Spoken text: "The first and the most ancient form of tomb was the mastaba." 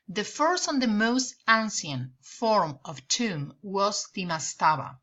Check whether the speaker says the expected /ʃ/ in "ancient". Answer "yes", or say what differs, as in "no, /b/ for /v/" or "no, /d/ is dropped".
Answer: no, /s/ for /ʃ/